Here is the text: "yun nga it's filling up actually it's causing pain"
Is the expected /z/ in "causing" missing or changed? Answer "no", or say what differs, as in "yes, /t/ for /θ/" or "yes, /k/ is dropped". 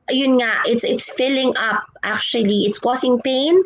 yes, /s/ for /z/